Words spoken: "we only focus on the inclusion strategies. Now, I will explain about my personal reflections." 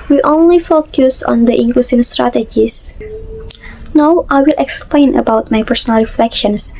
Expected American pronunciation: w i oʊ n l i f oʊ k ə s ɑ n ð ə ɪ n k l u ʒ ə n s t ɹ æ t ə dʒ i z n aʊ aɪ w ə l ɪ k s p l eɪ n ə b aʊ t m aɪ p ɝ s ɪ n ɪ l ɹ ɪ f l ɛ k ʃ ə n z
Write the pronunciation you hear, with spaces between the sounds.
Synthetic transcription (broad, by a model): w i oʊ n l i f oʊ k ə s ɑ n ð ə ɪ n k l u s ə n s t ɹ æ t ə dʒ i s n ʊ aɪ w ə l ɪ k s p l eɪ n ə b aʊ t m aɪ p ɝ s ɪ n ɪ l ɹ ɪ f l ɛ k ʃ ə n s